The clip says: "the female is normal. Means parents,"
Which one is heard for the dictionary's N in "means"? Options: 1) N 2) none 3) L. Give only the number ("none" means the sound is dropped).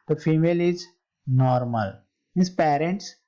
2